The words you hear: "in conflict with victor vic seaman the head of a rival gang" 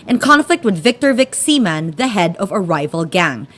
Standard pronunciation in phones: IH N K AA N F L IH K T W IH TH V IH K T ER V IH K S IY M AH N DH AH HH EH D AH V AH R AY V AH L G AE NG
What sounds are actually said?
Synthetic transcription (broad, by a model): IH N K AA N F L IH K T W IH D V IH K T ER V IH K S IY M AH N DH AH HH EH D AH V AH R AY V AH L G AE NG